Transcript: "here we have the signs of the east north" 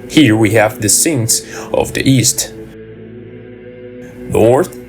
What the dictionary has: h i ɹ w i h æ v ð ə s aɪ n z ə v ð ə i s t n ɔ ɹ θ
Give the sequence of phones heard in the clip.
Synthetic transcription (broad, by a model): h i ɹ w i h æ v ð ə s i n s ə v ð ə i s t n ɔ ɹ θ